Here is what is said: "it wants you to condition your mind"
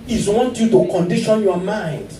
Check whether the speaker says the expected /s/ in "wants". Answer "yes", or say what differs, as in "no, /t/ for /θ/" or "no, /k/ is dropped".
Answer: no, /s/ is dropped